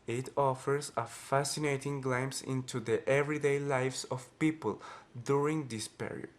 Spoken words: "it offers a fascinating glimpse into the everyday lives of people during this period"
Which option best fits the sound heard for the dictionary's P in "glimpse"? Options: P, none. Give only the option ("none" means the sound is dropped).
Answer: none